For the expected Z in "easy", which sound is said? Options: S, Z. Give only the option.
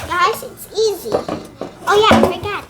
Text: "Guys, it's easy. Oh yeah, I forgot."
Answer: Z